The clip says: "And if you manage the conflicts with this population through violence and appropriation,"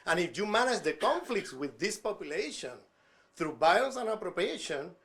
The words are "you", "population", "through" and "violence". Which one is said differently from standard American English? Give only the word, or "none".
violence